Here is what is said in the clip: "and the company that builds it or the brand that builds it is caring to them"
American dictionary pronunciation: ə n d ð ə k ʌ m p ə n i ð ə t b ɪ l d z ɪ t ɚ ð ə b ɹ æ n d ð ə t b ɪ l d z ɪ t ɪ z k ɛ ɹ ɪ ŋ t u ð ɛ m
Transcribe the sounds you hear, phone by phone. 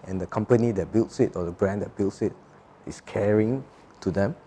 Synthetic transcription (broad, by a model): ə n d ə k ʌ m p ə n i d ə t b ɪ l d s ɪ t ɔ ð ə b ɹ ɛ n d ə t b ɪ l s ɪ t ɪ s k ɛ ɹ ɪ ŋ t u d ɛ m